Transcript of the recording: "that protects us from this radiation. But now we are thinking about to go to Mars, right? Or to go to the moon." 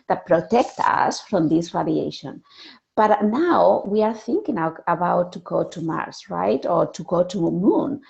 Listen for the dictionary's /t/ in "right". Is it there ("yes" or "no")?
yes